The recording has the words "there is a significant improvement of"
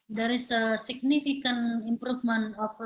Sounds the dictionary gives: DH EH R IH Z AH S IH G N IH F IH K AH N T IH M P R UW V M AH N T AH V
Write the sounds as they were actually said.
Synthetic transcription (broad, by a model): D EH R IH S AH S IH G N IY F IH K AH N IH M P R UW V M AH N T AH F